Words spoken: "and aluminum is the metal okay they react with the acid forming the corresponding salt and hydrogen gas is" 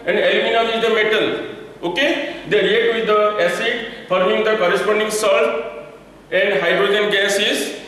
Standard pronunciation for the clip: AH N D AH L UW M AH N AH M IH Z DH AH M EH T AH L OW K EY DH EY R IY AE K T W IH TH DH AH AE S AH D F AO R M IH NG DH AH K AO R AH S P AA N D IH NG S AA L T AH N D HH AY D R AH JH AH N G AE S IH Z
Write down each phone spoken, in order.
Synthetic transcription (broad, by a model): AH N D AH L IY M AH N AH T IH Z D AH M EH T AH L OW K EY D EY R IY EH T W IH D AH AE S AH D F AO R M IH NG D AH K AO R AH S P AA N D IH NG S AA L T AH N D HH AY D R AH JH AH N G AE S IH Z